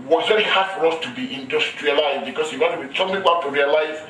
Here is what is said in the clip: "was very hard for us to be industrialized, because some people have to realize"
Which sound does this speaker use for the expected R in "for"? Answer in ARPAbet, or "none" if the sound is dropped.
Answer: R